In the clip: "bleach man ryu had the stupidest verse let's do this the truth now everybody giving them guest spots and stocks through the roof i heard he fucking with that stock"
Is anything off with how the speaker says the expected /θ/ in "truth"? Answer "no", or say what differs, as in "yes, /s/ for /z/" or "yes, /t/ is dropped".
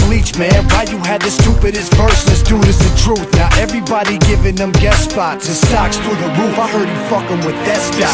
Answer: no